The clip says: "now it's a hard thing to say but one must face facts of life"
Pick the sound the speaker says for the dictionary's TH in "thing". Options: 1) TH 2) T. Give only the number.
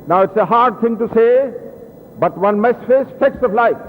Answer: 2